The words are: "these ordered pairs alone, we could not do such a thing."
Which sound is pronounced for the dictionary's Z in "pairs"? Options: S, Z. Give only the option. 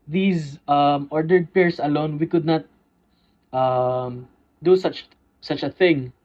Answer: S